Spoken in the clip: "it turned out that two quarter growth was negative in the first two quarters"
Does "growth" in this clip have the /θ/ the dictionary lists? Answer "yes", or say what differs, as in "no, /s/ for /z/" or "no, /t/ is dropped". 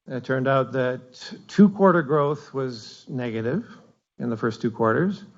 yes